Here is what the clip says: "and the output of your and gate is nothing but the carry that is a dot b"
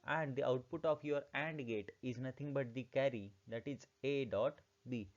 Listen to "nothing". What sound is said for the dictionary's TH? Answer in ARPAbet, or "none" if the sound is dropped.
T